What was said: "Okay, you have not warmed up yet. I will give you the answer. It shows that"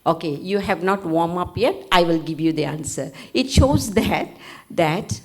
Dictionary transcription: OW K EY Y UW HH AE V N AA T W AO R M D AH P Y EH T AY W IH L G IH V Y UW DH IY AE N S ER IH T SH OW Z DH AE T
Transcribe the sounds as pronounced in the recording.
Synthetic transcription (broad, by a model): OW K EY Y UW HH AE V N AA T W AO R M AH P Y EH T AY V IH L G IH V Y UW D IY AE N S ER IH T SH OW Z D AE T